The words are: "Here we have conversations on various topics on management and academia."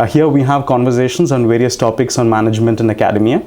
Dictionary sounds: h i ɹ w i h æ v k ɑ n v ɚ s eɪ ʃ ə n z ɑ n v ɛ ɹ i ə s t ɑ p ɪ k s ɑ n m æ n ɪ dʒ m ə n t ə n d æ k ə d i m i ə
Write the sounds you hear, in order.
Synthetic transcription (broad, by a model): h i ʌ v i h æ v k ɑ n v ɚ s eɪ ʃ ə n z ɑ n v ɛ ɹ i ə s t ɑ p ɪ k s ɑ n m æ n ɪ dʒ m ə n t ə n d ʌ k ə d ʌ m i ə